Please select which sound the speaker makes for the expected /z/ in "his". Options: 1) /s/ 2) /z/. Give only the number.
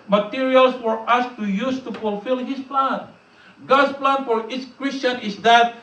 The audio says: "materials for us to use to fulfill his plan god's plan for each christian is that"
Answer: 1